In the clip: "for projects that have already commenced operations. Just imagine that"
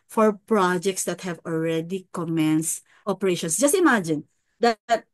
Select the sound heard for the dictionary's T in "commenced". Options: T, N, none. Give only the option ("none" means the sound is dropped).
T